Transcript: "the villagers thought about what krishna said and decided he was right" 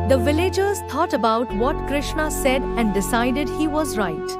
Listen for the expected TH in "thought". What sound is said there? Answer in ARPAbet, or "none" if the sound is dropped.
T